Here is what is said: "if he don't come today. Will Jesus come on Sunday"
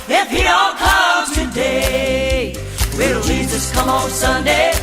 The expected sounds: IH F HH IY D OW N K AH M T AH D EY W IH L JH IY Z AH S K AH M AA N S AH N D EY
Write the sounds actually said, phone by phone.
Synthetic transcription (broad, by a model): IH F HH IY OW L K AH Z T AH D EY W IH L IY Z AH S K AH M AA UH S AH N D EY